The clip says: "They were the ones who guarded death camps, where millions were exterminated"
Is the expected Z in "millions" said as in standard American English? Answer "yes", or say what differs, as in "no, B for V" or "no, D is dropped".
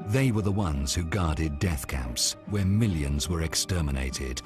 yes